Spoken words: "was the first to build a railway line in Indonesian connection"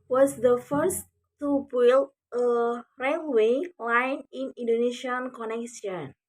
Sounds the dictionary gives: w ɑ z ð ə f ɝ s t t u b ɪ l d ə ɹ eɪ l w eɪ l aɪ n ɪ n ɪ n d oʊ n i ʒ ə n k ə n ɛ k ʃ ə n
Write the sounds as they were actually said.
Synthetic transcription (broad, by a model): w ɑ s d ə f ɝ s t t u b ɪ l ə ɹ eɪ l w eɪ l aɪ n ɪ n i n d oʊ n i ʃ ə n k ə n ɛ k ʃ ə n